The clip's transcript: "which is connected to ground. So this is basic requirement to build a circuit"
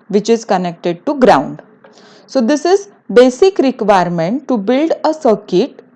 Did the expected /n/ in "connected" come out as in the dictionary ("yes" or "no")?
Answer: yes